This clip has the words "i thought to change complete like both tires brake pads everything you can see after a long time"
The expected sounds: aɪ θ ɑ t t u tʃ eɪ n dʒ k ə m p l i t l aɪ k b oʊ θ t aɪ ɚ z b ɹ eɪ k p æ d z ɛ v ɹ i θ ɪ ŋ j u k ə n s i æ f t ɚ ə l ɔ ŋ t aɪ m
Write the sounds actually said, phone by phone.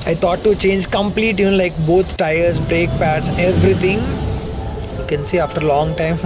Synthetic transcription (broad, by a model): aɪ t ɑ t t u tʃ eɪ n dʒ k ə m p l i t l aɪ k b oʊ t t aɪ ɚ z b ɹ eɪ k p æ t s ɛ v ɹ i t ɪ ŋ j u k ə n s i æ f t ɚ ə l ɔ ŋ t aɪ m